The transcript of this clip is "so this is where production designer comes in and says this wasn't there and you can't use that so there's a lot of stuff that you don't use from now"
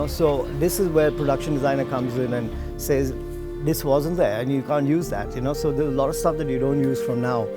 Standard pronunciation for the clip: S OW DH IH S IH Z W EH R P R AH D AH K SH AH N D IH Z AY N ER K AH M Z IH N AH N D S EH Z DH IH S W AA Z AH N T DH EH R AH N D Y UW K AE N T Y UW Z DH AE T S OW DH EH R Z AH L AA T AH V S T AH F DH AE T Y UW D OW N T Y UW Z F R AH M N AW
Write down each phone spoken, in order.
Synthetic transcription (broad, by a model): S OW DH IH S IH Z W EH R P R AH D AH K SH AH N D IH Z AY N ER K AH M Z IH N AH N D S EH Z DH IH S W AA Z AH N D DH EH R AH N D Y UW K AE N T Y UW Z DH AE T S OW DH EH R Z AH L AA T AH V S T AH F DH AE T Y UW D OW N T Y UW Z F R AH M N AW